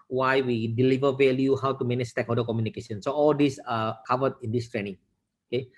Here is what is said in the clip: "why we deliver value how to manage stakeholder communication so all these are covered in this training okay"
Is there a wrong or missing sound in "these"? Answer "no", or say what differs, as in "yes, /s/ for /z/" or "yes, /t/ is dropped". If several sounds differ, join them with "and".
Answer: yes, /s/ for /z/